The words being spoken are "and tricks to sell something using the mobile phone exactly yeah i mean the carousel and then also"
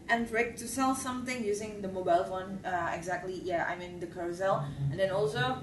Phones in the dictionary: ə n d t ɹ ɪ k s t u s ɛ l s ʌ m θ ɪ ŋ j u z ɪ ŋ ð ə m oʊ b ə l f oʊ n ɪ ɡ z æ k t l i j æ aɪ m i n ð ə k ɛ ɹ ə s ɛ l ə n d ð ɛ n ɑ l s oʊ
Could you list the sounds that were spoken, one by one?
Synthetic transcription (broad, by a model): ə n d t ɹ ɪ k t u s ɛ l s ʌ m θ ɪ ŋ j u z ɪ ŋ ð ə m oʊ b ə l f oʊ n ɪ ɡ z æ k t l i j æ aɪ m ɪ n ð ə k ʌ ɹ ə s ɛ l ə n d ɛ n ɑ l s oʊ